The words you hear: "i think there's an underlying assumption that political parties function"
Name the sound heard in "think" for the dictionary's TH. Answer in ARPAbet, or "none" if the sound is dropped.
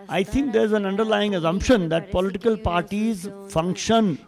T